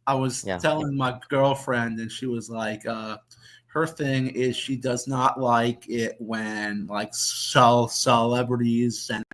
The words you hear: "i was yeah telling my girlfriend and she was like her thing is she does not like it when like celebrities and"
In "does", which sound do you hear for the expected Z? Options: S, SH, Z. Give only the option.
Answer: Z